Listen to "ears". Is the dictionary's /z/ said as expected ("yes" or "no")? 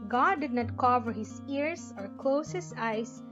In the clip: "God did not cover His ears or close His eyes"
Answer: no